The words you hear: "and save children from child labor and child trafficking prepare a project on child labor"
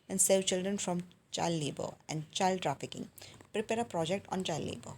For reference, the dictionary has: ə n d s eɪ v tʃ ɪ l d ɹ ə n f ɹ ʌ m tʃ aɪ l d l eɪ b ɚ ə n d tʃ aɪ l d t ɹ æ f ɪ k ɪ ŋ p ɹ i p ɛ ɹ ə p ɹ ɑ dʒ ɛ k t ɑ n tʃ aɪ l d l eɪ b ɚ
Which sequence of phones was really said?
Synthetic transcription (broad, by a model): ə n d s eɪ v tʃ ɪ l d ɹ ə n f ɹ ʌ m tʃ aɪ l d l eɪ b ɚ ə n d tʃ aɪ l d t ɹ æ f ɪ k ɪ ŋ p ɹ i p ɛ ɹ ə p ɹ ɑ dʒ ɛ k t ɑ n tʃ aɪ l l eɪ b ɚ